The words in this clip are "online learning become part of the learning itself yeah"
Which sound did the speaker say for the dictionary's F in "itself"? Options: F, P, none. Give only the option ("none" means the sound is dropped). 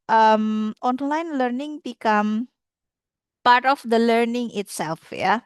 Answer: F